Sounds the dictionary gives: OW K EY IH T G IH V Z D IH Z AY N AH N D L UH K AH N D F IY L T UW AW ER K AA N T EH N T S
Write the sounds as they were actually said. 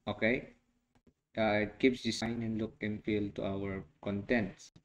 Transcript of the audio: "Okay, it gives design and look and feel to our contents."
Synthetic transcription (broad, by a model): OW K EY IH T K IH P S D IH S AY N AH N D L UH K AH N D F IY L T UW AW ER K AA N T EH N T S